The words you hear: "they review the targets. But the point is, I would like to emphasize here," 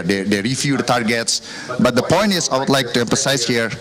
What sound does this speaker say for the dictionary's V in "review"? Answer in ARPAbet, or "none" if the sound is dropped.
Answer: F